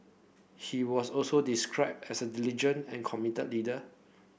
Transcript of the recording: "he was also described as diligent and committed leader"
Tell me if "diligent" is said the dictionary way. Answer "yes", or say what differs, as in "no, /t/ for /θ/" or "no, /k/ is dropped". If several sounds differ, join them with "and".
no, /t/ is dropped